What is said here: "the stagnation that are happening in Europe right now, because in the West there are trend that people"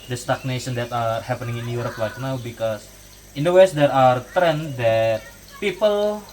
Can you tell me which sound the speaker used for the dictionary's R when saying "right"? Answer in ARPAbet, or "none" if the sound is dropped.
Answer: L